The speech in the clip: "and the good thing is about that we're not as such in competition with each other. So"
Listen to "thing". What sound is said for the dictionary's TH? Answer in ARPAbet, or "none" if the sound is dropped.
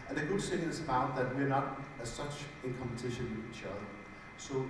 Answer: S